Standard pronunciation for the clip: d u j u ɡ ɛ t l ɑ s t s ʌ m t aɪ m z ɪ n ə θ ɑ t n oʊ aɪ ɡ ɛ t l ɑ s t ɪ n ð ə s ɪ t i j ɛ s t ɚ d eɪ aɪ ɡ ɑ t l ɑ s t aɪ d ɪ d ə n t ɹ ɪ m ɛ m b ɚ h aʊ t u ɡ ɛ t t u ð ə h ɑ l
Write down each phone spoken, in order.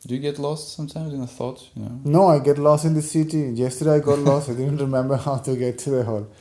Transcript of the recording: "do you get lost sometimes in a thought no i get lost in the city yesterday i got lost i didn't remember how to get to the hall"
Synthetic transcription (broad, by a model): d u j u ɡ ɛ t l ɑ s t s ʌ m t aɪ m z ɪ n ə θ ɑ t n oʊ aɪ ɡ ɛ t l ɑ s t ɪ n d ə s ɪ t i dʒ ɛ s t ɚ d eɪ aɪ ɡ ɑ t l ɑ s t aɪ d ɪ d ə n t ɹ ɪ m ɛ m b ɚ h aʊ t u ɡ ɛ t t u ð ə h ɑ l